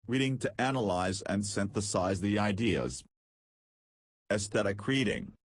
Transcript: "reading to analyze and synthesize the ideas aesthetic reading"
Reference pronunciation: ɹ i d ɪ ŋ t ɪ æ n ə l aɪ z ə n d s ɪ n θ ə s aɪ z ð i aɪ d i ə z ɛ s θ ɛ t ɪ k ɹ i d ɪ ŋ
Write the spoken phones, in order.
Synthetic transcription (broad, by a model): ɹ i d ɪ ŋ t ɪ æ n ə l aɪ z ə n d s ɪ n θ ə s aɪ z ð i aɪ d i ə z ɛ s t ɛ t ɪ k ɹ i d ɪ ŋ